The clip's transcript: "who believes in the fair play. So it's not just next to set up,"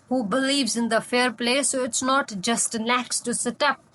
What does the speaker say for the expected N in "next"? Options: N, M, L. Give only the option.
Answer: L